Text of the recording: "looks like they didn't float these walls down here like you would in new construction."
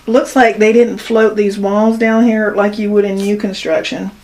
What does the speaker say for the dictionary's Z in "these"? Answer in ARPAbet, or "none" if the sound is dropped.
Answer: Z